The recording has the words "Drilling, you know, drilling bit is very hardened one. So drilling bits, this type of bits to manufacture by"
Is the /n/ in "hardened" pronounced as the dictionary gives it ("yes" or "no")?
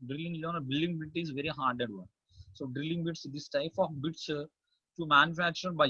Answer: no